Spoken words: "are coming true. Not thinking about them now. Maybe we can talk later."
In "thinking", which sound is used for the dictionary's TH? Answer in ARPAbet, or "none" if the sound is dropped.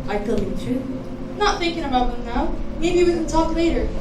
TH